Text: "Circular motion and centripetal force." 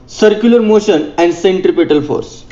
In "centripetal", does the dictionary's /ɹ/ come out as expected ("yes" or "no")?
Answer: yes